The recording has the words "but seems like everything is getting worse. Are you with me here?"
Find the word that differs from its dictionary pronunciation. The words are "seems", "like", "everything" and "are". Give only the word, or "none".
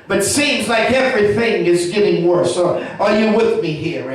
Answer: none